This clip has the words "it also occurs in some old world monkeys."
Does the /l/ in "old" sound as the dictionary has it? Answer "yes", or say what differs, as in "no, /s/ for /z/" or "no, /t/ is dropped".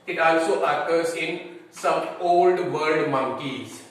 yes